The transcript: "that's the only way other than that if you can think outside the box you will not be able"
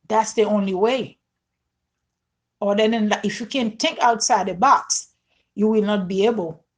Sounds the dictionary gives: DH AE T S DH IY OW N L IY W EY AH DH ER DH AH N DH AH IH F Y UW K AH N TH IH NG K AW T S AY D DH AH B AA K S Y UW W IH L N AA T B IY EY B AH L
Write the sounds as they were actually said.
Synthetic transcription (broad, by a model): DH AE T S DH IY OW N L IY W EY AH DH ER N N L IH F Y UW K AH N TH IH NG K AW T S AY D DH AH B AA K S Y UW W IH L N AA T B IY EY B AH L